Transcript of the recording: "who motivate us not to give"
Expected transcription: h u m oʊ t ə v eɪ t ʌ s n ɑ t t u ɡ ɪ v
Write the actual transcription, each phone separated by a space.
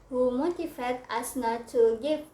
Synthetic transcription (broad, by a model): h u m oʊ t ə f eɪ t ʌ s n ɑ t t u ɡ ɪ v